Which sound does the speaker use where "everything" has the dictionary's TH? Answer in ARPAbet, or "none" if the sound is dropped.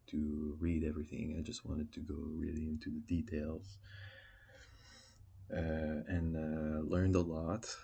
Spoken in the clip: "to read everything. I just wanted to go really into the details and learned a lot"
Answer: TH